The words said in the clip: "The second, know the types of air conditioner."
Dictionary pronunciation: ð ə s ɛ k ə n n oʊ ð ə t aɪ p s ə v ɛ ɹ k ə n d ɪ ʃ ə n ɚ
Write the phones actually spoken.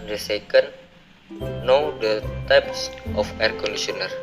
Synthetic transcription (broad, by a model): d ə s ɛ k ə n n oʊ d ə t aɪ p s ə f ɛ ɹ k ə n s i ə n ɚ